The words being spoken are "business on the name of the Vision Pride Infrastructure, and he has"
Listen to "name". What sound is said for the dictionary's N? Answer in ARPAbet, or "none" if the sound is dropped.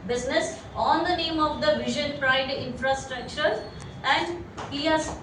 N